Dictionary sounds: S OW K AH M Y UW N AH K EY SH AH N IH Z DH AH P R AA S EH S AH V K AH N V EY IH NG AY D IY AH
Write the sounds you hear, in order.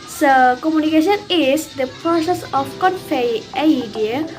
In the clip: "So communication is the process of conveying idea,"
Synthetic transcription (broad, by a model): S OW K AH M Y UW N AH K EY SH AH N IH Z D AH P R AA S EH S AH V K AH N F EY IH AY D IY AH